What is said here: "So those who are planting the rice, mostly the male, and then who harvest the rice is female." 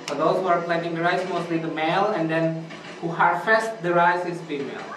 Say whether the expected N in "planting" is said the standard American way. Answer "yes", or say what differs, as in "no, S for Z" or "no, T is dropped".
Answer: no, N is dropped